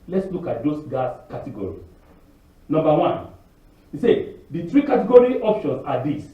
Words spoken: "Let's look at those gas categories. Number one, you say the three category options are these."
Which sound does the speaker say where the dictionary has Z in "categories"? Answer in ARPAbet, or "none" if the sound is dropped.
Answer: none